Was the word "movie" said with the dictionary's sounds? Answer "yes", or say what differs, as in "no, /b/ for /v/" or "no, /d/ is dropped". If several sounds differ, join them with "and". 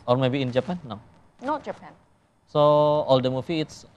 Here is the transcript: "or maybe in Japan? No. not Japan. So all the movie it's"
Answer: no, /f/ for /v/